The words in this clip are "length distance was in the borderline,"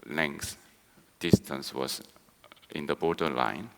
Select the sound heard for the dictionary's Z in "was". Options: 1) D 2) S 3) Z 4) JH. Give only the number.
2